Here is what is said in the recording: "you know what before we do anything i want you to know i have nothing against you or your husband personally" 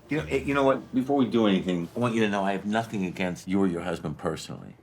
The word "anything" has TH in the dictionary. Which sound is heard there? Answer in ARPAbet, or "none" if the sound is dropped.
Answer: TH